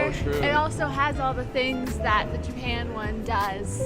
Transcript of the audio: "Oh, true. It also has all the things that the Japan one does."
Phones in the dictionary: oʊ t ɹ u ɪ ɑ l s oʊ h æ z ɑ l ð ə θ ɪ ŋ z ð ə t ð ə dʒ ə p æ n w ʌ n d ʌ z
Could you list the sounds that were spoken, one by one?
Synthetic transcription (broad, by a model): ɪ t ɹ ɑ l s oʊ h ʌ z ɑ l ð ə θ ɪ ŋ z ð ə t ð ə dʒ ə p æ n w ʌ n d ʌ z